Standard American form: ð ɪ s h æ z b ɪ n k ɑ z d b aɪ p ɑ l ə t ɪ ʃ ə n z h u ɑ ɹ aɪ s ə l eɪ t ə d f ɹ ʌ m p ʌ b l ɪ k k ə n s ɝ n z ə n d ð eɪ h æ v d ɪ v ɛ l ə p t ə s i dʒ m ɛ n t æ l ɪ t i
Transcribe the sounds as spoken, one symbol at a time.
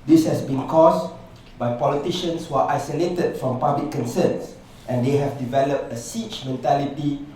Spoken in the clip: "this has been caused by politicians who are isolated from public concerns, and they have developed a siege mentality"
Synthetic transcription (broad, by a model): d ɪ s h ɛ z b ɪ n k ɑ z b aɪ p ɑ l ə t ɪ ʃ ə n s h u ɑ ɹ aɪ s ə l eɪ t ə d f ɹ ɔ m p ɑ b l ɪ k k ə n s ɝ n s ə n d eɪ h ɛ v d ɪ v ɛ l ə p t ə s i tʃ m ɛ n t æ l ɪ t i